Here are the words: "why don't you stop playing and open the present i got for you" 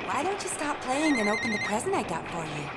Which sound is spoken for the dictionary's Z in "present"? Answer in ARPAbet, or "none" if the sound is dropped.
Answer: Z